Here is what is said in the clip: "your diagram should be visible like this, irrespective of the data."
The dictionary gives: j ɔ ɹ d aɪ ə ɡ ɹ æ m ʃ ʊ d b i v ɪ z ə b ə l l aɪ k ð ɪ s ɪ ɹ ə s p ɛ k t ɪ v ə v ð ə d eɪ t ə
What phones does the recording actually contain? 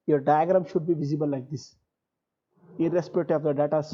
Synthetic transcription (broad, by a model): j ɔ ɹ d aɪ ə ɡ ɹ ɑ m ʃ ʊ d b i v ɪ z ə b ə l l aɪ k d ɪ s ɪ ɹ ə s p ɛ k t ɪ ə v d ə d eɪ t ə